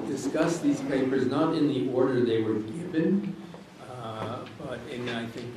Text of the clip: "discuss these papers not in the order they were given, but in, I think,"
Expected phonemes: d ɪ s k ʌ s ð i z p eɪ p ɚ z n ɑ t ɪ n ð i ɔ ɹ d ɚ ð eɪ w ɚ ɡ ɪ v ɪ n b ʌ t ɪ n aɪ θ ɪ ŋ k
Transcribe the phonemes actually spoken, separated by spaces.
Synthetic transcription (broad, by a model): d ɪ s k ʌ s ð i z p eɪ p ɚ z n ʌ t ɪ n ð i ɔ ɹ d ɚ ð eɪ w ɚ ɡ ɪ v ɪ n b ʌ t ɪ n aɪ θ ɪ ŋ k